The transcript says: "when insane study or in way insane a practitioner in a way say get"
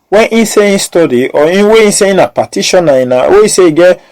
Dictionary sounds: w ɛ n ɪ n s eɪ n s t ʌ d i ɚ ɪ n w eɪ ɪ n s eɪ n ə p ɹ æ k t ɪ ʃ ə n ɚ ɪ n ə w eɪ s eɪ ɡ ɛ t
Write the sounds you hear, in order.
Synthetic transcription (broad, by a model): w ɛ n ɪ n s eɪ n s t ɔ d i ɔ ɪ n w eɪ ɪ n s eɪ n ə p æ t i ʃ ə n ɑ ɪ n ə w eɪ s eɪ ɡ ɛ